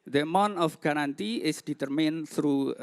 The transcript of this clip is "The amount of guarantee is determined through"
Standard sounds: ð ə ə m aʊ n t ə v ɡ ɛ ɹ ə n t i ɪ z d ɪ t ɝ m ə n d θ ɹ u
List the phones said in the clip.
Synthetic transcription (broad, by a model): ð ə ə m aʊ n ə f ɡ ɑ ɹ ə n t i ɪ s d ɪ t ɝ m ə n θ ɹ u